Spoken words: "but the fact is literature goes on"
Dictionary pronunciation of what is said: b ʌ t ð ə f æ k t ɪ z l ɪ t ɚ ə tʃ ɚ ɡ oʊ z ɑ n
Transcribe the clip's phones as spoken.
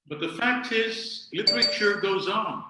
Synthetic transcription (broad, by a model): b ʌ t ð ə f æ k t ɪ z l ɪ t ɚ ə tʃ ɚ ɡ oʊ z n